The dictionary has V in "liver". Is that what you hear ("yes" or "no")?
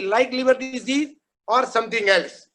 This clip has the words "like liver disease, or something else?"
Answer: no